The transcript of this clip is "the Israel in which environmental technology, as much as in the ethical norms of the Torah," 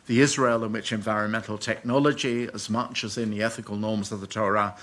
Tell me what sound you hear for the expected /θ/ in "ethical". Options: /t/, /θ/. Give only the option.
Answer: /θ/